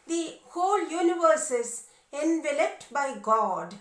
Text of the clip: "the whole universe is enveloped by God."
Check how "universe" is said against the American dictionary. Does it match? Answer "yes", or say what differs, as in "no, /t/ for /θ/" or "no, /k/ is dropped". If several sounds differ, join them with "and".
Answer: yes